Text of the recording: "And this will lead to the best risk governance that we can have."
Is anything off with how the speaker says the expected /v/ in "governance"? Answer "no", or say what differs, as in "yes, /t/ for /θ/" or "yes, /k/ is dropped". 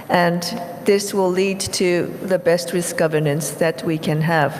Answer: no